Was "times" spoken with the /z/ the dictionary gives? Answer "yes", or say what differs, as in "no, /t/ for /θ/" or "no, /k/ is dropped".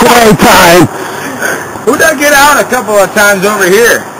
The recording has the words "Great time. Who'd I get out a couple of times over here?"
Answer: yes